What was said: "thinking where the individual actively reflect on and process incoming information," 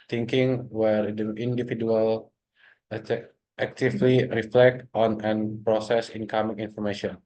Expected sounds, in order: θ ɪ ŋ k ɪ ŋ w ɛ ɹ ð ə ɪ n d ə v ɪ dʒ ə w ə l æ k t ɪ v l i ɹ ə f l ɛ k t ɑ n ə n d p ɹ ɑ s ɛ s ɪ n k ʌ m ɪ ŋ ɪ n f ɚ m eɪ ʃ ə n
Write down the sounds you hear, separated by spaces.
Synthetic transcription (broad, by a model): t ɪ ŋ k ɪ ŋ w ɛ ɹ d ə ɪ n d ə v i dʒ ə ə l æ k t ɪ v l i ɹ ə f l ɛ k t ɑ n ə n p ɹ ɑ s ɛ s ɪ n k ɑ m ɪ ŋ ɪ n f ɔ m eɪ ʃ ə n